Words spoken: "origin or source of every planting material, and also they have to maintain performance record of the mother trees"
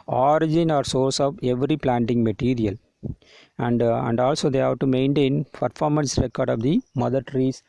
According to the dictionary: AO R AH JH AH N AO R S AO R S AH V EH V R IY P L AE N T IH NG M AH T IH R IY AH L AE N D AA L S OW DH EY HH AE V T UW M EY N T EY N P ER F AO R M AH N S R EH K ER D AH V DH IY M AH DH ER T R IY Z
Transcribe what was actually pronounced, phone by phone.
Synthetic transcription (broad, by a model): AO R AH JH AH N AO R S AO R S AH V EH V R IY P L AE N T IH NG M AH T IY R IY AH L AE N D AA L S OW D EY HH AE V T UW M EY N T EY N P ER F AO R M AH N S R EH K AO D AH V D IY M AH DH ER T R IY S